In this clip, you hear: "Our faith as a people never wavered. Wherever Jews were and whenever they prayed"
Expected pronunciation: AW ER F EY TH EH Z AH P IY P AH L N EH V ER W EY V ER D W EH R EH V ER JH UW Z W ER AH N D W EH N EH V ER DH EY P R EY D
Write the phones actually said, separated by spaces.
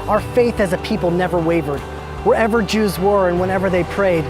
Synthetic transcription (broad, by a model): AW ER F EY TH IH Z AH P IY P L N EH V ER W EY V ER D W EH R EH V ER JH UW Z W ER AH N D W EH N EH V ER DH EY P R EY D